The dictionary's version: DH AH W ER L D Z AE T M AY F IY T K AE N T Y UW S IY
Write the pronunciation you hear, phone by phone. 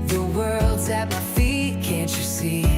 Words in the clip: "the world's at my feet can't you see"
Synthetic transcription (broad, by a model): DH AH W ER L D Z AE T M AY F IY T K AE N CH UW S IY